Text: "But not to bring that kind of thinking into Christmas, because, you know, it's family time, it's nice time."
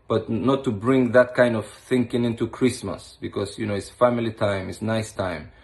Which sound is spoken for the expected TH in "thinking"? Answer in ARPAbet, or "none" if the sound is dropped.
TH